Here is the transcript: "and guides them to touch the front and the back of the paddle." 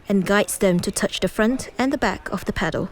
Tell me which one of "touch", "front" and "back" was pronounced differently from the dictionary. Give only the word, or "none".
none